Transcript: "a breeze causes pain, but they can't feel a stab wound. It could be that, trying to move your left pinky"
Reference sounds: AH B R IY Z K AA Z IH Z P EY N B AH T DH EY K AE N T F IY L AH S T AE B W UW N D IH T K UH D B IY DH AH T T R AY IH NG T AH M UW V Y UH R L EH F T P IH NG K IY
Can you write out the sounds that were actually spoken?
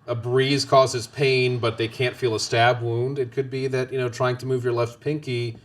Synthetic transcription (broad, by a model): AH B R IY Z K AA Z IH Z P EY N B AH T DH EY K AE N T F IY L AH S T AE B W UW N D IH T K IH D B IY DH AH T T R AY IH NG T AH M UW V Y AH R L EH F T P IH NG K IY